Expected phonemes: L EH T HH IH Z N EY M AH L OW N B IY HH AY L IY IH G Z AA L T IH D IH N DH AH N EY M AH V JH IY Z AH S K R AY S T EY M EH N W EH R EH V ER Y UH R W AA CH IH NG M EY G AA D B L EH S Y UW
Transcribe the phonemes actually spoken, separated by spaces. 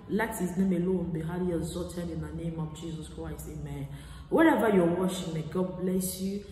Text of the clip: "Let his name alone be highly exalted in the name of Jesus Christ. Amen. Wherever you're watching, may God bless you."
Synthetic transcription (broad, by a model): L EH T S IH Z N EY M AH L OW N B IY HH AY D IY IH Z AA T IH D IH N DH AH N EY M AH V JH IY Z AH S K R AY S T EY M EH N W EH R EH V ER Y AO W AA SH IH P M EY G AA D B L EH S Y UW